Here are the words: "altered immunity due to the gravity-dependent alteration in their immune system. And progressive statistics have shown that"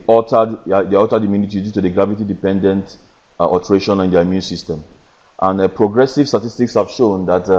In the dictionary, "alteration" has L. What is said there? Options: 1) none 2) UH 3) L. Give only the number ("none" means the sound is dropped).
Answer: 1